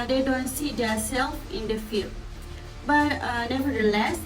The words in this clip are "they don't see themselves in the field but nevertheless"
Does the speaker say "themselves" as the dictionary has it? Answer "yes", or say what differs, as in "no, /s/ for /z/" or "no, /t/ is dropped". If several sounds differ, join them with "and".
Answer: no, /m/ is dropped